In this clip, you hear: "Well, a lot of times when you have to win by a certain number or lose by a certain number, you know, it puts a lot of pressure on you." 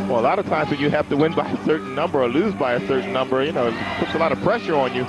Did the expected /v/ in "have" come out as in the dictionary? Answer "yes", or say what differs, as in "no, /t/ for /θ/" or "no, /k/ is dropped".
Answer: no, /f/ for /v/